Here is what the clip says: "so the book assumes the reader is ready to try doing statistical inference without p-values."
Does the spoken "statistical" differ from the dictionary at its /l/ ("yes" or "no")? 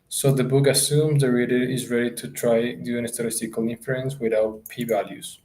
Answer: no